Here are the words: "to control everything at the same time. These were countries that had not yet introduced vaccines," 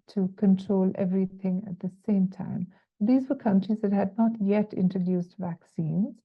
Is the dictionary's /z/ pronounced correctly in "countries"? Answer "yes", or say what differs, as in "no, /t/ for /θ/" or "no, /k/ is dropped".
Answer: yes